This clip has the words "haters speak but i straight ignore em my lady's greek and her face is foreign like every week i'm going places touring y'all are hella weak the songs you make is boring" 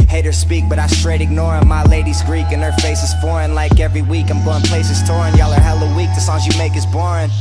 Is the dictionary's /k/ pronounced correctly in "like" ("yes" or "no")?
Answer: yes